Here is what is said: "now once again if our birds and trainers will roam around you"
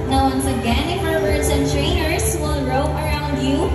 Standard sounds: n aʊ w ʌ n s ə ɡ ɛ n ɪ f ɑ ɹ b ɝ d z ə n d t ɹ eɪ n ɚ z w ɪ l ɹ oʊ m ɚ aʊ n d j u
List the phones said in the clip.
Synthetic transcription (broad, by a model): n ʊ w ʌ n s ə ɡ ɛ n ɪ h ɑ ɹ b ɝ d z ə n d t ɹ eɪ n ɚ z w ɪ l ɹ oʊ ɚ aʊ n d j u